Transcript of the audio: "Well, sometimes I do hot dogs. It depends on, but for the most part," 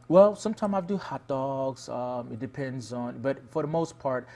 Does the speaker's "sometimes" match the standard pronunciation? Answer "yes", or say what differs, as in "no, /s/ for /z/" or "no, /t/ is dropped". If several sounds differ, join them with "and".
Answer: no, /z/ is dropped